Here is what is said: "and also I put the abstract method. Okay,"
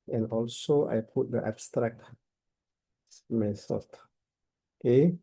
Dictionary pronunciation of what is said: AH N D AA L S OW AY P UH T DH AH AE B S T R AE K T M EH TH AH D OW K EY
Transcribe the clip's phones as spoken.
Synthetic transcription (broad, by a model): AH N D AA L S OW AY P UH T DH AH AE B S T R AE K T M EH S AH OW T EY